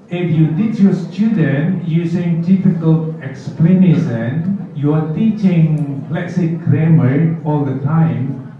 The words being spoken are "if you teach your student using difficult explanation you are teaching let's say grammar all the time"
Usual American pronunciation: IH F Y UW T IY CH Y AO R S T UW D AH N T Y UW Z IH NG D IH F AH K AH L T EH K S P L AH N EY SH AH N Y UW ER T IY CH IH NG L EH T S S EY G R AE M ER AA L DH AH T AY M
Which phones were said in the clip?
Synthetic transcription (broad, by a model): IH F Y UW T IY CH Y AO S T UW D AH N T Y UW S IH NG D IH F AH K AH L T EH K S P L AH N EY S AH N Y UW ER T IY CH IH NG L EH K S S EY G R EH M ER AA L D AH T AY M